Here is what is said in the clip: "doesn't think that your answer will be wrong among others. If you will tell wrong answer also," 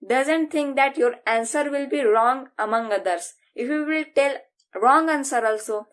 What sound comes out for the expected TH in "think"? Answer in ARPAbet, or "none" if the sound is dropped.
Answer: T